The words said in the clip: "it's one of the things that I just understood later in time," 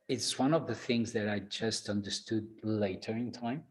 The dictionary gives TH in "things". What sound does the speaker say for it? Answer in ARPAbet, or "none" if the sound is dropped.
TH